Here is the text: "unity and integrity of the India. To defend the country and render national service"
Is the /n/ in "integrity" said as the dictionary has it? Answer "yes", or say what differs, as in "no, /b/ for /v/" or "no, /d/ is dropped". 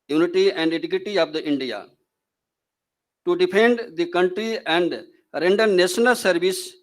no, /n/ is dropped